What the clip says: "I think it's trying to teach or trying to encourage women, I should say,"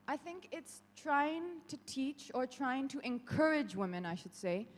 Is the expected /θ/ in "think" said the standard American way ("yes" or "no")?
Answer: yes